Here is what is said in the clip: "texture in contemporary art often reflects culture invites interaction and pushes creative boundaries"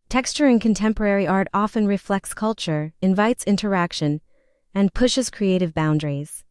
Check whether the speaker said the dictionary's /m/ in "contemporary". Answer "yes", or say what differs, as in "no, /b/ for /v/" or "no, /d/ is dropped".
yes